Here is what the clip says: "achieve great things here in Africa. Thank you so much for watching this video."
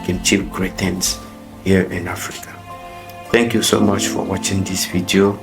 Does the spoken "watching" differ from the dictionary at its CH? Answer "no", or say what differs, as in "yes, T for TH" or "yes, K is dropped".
no